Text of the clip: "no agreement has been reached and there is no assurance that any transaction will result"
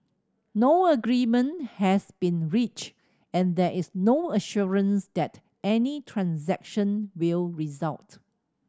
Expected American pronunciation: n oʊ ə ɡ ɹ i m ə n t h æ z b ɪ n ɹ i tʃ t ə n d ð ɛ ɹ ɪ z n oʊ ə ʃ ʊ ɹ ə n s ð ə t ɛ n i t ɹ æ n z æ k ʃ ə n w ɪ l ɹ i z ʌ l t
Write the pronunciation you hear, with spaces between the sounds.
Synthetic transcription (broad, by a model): n oʊ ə ɡ ɹ i m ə n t h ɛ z b ɪ n ɹ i tʃ ə n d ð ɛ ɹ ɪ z n oʊ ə ʃ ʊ ɹ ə n s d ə t ɛ n i t ɹ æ n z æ k ʃ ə n w ɪ l ɹ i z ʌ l t